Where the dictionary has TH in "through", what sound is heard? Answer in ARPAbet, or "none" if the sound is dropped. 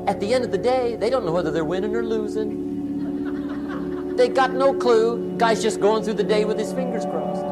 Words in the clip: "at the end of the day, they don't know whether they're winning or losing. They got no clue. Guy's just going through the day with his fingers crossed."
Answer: TH